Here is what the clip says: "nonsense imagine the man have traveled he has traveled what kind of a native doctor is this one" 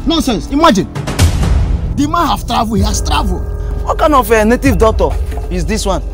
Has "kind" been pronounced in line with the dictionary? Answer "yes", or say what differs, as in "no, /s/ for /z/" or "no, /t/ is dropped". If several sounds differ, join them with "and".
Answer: no, /d/ is dropped